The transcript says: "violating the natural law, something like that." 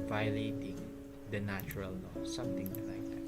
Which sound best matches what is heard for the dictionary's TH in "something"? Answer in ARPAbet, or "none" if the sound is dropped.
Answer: T